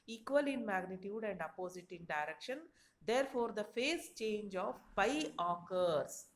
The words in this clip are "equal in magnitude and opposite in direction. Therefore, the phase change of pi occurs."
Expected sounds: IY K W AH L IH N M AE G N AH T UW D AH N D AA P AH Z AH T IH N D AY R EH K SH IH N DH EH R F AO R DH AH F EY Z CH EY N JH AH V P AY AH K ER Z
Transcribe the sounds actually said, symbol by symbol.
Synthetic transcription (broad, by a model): IY K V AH L IH N M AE G N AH T UW D AH N D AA P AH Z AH T IH N D AY R EH K SH IH N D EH R F AO R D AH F EY S CH EY N JH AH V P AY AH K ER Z